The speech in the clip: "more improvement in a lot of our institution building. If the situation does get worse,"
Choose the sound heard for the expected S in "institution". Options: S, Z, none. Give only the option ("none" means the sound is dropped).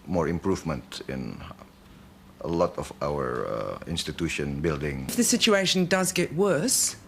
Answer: S